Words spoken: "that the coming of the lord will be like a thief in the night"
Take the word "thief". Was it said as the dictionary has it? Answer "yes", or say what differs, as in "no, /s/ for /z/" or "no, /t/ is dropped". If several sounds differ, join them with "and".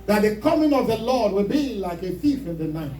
no, /f/ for /θ/